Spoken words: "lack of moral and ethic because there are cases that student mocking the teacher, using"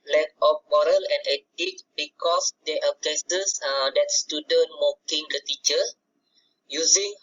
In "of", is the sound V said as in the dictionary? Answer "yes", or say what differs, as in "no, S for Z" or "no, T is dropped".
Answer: no, P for V